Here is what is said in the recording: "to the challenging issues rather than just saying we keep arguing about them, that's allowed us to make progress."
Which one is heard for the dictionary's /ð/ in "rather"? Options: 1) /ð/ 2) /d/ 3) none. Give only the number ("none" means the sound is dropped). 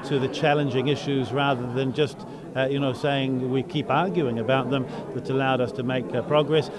1